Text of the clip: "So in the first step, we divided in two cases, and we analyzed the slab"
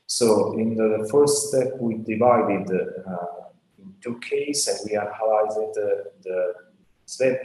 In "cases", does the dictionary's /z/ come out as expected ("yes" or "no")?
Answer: no